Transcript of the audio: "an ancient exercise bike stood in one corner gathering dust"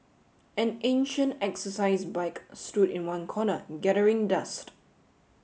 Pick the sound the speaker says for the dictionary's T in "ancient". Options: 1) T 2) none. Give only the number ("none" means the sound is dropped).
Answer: 1